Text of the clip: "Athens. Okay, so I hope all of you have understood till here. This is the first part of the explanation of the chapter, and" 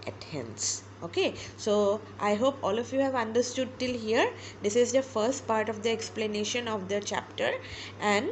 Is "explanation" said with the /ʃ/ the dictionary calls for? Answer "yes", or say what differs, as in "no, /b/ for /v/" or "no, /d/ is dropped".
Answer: yes